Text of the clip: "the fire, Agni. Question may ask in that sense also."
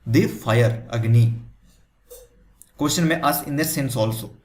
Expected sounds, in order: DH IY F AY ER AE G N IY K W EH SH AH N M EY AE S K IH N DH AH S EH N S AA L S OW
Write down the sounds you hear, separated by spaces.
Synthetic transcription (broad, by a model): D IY F AY ER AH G N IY K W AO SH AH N M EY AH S IH N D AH S EH N S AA L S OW